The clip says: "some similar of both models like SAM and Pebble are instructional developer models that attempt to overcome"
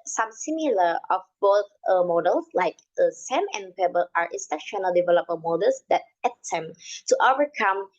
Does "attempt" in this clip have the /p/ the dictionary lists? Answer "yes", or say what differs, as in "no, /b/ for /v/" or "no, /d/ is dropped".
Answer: no, /p/ is dropped